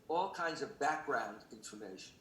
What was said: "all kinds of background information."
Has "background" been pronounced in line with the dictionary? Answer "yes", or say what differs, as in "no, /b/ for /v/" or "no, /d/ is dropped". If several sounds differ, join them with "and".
yes